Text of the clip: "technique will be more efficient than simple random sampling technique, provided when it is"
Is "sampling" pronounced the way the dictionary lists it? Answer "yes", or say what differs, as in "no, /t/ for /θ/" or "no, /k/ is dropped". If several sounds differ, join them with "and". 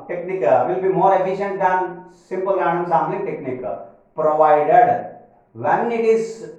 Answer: no, /p/ is dropped